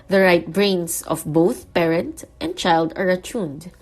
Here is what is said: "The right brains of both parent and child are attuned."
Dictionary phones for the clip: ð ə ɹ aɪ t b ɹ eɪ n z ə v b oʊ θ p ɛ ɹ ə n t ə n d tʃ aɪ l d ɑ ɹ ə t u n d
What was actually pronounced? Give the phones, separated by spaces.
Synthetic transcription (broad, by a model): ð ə ɹ aɪ t b ɹ eɪ n s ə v b oʊ θ p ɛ ɹ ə n t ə n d tʃ aɪ l d ɑ ɹ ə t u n d